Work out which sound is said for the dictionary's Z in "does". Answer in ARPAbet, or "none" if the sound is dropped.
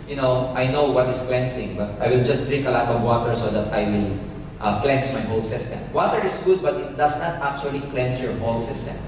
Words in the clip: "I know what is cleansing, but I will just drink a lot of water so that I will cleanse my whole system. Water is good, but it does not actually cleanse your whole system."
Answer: S